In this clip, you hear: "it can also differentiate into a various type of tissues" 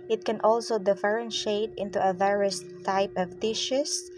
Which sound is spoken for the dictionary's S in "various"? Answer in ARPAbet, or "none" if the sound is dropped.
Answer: S